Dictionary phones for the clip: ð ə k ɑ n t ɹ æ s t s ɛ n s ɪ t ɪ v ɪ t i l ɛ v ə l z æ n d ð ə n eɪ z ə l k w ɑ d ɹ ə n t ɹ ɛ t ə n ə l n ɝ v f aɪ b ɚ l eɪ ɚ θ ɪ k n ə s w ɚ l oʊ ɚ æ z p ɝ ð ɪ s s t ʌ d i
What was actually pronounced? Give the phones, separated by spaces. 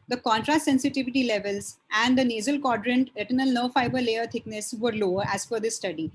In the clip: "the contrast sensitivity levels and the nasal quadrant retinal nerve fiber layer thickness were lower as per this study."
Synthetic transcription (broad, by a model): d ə k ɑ n t ɹ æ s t s ɛ n s ɪ t ɪ v ɪ t i l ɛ v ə l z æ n d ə n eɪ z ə l k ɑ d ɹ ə n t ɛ t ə n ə l n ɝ f aɪ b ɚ l eɪ ɚ t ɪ k n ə s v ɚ l oʊ ɚ æ z f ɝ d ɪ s s t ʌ d i